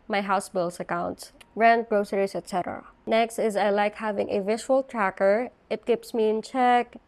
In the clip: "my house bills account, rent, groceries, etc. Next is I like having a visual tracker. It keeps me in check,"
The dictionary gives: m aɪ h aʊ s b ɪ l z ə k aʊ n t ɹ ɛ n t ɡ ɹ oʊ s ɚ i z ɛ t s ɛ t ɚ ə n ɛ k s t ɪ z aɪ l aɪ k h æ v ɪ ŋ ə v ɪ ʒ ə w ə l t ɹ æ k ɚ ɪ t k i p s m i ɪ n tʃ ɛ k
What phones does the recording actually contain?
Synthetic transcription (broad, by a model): m aɪ h aʊ s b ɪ l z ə k aʊ n t ɹ ɛ n t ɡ ɹ oʊ s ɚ i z ɛ t s ɛ t ɚ ə n ɛ k s t ɪ z aɪ l aɪ k h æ v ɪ ŋ ə v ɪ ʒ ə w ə l t ɹ æ k ɚ ɪ t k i p s m i ɪ n tʃ ɛ k